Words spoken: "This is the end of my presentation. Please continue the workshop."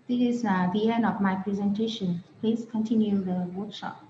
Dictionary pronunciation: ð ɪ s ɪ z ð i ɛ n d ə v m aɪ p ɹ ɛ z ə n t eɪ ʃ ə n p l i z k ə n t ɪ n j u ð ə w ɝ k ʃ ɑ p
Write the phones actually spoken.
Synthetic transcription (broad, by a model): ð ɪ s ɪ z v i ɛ n ə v m aɪ p ɹ ɛ z ə n t eɪ ʃ ə n p l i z k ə n t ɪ n j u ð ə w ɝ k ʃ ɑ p